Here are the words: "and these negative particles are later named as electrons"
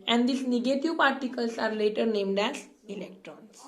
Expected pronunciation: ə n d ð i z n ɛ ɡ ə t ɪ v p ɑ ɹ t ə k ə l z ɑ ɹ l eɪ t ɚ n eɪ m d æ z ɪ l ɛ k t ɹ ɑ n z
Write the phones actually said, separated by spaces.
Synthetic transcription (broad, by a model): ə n d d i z n ɛ ɡ ə t ɪ v p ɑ ɹ t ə k ə l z ɑ ɹ l eɪ t ɚ n eɪ m d æ z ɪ l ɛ k t ɹ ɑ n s